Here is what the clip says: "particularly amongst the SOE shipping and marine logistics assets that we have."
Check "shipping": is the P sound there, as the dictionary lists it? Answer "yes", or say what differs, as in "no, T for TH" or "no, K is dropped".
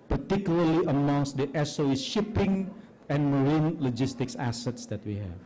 yes